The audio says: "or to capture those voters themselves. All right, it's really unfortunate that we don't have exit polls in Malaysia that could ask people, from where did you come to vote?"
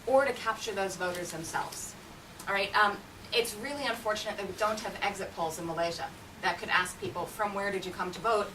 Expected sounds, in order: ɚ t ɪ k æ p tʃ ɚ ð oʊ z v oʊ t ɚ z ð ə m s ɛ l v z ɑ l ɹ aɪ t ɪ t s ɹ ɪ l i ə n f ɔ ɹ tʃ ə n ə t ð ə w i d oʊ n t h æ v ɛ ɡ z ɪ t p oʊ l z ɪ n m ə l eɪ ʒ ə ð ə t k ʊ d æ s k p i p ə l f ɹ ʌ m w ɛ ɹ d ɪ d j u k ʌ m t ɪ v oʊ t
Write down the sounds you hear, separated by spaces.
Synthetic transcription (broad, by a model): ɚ t ɪ k æ p tʃ ɚ ð oʊ z v oʊ t ɚ z ð ə m s ɛ l v z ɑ ɹ aɪ t ɪ t s ɹ ɪ l i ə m f ɔ ɹ tʃ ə n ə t ð ə w i d oʊ n t h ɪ v ɛ ɡ z ɪ t p oʊ l z ɪ n m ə l eɪ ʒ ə ð ə t k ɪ d æ s k p i p l f ɹ ʌ m w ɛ ɹ d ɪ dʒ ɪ k ʌ m t ɪ v oʊ t